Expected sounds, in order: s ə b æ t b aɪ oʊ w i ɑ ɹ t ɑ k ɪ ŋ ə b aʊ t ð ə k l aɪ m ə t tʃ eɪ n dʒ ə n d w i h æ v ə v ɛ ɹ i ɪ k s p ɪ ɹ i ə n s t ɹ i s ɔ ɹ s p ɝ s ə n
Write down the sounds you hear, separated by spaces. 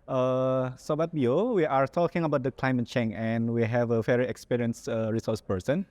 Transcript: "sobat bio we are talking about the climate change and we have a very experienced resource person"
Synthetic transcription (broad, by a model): s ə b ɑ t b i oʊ w i ɑ ɹ t ɑ k ɪ ŋ ə b aʊ t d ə k l aɪ m ə t tʃ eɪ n ə n w i h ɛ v ə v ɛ ɹ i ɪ k s p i ɹ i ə n s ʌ ɹ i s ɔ s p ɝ s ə n